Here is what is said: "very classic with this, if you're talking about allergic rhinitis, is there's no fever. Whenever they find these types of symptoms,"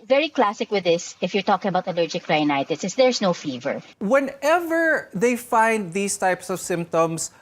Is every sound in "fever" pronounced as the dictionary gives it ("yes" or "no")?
yes